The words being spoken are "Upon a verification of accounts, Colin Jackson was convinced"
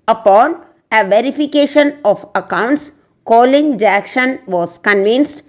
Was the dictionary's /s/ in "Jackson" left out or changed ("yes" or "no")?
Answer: yes